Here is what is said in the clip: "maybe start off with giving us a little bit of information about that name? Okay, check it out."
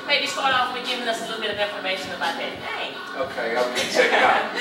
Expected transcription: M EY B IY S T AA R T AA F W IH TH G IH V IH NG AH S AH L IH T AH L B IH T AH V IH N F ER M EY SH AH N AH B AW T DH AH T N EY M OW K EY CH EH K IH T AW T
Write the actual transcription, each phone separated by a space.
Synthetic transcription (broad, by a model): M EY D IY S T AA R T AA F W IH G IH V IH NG AH S AH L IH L B IH T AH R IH F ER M EY SH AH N AH B AW T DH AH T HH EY OW K EY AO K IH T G